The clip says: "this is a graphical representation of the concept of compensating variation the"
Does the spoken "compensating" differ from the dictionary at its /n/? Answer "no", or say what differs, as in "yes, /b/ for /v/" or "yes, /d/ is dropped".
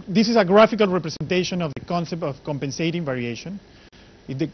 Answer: no